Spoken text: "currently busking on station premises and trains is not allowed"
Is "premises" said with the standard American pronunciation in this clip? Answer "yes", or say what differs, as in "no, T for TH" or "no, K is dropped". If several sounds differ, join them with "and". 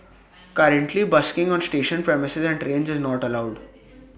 yes